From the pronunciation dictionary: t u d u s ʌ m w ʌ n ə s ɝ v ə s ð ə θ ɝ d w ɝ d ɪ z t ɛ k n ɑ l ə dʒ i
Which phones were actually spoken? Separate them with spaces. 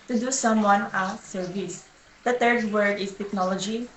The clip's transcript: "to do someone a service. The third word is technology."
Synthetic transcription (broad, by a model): t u d u s ʌ m w ʌ n ə s ɝ v ə s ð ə t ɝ d w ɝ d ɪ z t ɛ k n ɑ l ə dʒ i